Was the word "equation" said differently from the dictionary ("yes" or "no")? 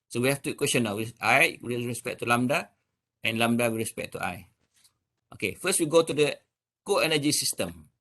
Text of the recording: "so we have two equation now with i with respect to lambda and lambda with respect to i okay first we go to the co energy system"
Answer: yes